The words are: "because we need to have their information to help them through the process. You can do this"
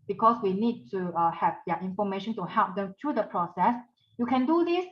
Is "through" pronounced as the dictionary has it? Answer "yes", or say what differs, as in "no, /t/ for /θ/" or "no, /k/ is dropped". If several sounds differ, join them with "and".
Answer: no, /t/ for /θ/